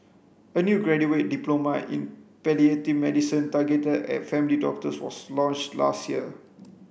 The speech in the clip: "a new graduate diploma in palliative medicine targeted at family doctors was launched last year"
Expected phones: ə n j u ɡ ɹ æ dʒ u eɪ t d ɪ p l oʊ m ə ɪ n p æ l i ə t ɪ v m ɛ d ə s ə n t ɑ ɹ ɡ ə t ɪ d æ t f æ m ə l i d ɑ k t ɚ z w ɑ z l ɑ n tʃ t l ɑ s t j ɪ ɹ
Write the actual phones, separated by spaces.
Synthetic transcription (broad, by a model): ə n j u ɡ ɹ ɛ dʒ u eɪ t d ɪ p l oʊ m ə ɪ n p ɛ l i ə t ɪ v m ɛ d ə s ə n t ɑ ɡ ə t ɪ ɛ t f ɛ m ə l i d ɑ k t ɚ s w ɑ s l ɑ n tʃ t l ɑ s t j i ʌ